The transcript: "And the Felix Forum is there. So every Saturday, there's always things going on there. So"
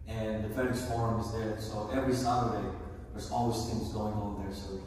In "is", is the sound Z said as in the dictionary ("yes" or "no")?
yes